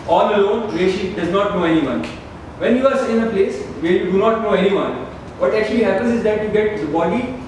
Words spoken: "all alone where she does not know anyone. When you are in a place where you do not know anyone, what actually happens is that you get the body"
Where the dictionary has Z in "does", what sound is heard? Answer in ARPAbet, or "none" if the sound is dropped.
Z